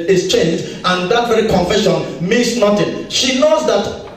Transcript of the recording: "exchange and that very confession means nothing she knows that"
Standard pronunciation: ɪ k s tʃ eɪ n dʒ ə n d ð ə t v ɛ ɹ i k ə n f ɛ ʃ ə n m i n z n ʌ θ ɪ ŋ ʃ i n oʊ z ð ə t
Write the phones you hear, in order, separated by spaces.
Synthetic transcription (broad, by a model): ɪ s tʃ eɪ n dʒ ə n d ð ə t v ɛ ɹ i k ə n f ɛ ʃ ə n m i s n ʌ t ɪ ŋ ʃ i n oʊ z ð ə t